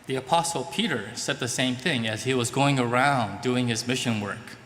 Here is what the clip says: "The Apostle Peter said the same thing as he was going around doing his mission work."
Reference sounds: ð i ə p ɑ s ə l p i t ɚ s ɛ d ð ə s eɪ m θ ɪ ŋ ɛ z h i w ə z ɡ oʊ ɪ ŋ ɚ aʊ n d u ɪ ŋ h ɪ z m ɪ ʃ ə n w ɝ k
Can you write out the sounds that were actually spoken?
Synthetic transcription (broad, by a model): ð i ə p ɑ s l p i t ɚ s ɛ d ð ə s eɪ m θ ɪ ŋ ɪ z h i w ə z ɡ oʊ ɪ ŋ ɚ aʊ n d u ɪ ŋ ɪ z m ɪ ʃ ə n w ɝ k